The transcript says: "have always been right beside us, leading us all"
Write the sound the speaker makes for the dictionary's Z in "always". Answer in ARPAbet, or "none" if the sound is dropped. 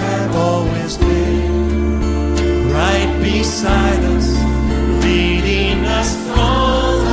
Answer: Z